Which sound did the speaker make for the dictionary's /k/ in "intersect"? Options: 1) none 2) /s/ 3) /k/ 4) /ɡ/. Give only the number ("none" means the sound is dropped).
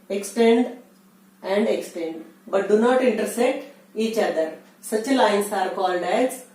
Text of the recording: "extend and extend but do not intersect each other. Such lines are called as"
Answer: 1